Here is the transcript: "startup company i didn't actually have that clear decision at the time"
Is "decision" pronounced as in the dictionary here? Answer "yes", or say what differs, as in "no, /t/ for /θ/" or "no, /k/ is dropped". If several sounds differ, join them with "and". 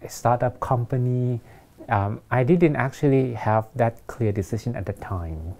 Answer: no, /ʃ/ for /ʒ/